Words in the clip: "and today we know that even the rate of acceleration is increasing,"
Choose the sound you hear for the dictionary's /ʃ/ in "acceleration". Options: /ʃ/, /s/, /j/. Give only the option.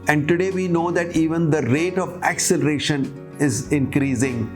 /ʃ/